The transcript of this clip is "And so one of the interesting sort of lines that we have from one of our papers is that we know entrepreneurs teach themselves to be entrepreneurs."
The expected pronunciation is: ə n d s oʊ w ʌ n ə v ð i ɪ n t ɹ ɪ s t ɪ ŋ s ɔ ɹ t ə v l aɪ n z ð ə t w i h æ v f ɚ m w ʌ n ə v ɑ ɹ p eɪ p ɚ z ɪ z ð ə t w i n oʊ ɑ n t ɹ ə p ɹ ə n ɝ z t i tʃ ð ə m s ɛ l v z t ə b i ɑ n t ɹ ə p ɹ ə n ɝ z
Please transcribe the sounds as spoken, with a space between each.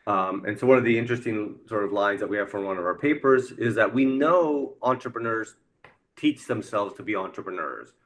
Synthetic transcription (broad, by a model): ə n s oʊ w ʌ n ə v ð i ɪ n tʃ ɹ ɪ s t ɪ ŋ s ɔ ɹ t ə v l aɪ n z ð ə t w i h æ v f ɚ w ʌ n ə v ɑ ɹ p eɪ p ɚ z ɪ z ð ə t w i n oʊ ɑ n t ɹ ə p ɹ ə n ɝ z t i tʃ ð ə m s ɛ l v z t ə b i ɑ n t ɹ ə p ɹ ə n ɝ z